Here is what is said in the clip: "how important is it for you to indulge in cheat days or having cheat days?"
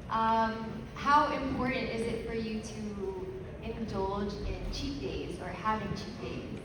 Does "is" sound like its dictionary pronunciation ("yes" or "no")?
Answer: yes